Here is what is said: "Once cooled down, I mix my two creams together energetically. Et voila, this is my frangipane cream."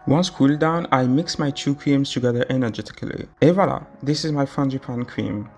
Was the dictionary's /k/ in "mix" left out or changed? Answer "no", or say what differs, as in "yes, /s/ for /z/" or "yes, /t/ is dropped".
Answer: no